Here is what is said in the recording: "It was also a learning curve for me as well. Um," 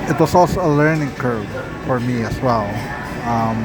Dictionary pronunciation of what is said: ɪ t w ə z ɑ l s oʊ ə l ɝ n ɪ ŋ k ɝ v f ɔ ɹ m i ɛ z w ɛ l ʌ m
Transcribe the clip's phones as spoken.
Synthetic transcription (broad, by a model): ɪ t w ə s ɑ l s oʊ ə l ɝ n ɪ ŋ k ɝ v f ɔ ɹ m i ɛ s w ɛ l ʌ m